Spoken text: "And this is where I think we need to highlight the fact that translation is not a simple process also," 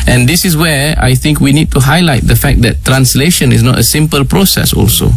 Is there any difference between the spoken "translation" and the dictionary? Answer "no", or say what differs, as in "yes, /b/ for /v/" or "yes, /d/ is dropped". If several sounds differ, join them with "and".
no